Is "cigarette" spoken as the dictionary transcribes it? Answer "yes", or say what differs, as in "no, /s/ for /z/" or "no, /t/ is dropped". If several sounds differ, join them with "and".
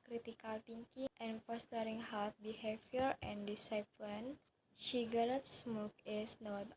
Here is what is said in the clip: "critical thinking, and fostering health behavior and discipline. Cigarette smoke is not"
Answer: no, /ʃ/ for /s/